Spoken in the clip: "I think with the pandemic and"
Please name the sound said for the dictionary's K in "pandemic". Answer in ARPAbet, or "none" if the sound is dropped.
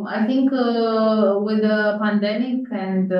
K